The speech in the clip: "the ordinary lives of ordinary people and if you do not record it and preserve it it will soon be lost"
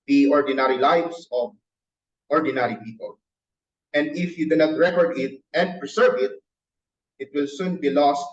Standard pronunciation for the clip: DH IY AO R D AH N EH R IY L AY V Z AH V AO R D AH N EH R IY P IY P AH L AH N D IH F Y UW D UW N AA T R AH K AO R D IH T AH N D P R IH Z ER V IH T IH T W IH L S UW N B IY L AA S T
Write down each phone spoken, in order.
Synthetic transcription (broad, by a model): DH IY AO R D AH N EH R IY L AY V S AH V AO R D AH N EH R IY P IY P AH L AH N D IH F Y UW D UW N AA T R AH K AO R D IH T AH N D P R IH S ER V IH T IH T W IH L S UW N B IY L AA S T